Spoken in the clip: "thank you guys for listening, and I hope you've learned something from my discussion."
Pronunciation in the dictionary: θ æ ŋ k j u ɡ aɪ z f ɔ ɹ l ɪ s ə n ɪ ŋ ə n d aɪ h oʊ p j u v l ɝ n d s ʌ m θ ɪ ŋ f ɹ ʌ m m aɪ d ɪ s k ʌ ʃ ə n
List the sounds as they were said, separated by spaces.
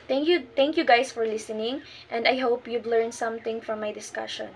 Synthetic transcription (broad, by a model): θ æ ŋ k j u ɡ aɪ s f ɔ ɹ l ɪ s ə n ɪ ŋ ə n d aɪ h oʊ p j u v l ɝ n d s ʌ m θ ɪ ŋ f ɹ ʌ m m aɪ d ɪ s k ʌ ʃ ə n